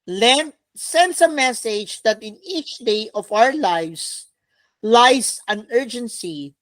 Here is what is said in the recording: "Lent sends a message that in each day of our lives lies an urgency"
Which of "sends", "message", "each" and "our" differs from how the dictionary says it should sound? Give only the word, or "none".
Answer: sends